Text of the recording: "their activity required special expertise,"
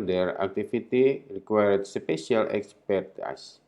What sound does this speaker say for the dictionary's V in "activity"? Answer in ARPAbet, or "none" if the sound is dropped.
F